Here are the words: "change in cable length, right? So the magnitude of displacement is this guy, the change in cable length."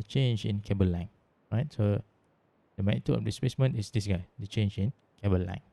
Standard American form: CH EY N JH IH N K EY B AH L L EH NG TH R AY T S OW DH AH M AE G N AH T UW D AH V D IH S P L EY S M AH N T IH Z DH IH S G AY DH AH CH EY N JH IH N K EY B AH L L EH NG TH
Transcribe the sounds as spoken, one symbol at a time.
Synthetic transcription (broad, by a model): CH EY N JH IH N K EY B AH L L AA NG R AY T S OW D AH M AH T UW AH F D IH S P L EY S M AH N T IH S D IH S G AY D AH CH EY N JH IH N K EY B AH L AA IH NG